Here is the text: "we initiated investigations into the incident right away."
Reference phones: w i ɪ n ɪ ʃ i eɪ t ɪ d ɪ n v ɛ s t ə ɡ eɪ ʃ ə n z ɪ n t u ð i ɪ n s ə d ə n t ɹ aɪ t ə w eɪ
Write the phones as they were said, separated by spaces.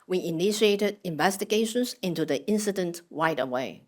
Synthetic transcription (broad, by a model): w i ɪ n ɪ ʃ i eɪ t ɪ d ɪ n v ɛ s t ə ɡ eɪ ʃ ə n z ɪ n t u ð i ɪ n s ə d ə n t w aɪ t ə w eɪ